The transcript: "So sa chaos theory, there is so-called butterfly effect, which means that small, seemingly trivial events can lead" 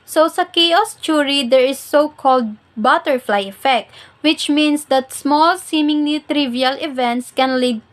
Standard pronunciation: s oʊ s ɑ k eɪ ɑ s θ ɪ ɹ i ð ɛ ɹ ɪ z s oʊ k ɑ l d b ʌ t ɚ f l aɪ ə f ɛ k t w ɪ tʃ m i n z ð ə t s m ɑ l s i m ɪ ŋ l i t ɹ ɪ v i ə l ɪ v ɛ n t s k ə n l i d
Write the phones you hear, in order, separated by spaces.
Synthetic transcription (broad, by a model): s oʊ s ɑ k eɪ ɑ s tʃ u ɹ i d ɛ ɹ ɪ s oʊ k ɑ l d b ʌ t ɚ f l aɪ ə f ɛ k t w ɪ tʃ m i n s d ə t s m ɑ l s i m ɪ ŋ n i t ɹ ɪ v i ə l ɪ v ɛ n t s k ə n l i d